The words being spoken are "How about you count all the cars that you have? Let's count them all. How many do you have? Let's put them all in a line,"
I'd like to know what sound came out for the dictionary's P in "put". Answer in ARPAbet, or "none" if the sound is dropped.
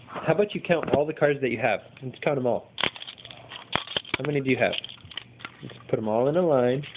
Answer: P